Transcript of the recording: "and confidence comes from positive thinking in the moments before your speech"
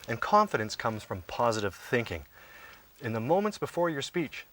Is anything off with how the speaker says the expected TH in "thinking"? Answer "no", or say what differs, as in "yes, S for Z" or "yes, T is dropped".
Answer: no